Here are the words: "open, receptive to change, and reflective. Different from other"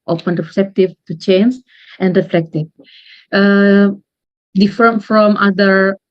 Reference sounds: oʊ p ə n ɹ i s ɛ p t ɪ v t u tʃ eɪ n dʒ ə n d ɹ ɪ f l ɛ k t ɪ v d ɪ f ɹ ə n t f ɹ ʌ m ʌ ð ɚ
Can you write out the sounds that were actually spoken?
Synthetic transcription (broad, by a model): oʊ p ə n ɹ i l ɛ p t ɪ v t u tʃ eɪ n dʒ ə n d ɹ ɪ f l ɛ k t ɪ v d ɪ f ə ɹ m f ɹ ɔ m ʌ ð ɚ